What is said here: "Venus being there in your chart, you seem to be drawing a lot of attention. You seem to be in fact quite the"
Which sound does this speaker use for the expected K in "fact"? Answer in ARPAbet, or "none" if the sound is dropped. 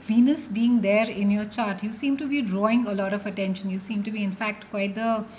K